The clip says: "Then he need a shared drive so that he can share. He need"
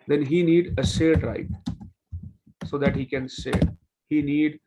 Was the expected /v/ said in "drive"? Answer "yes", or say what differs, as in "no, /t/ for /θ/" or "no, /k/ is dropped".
no, /p/ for /v/